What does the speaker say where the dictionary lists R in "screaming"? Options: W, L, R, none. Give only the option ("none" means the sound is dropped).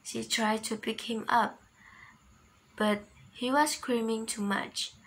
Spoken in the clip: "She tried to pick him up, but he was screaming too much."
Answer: R